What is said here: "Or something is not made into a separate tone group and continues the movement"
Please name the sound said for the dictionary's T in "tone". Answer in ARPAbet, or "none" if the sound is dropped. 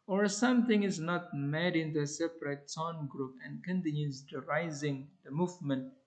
S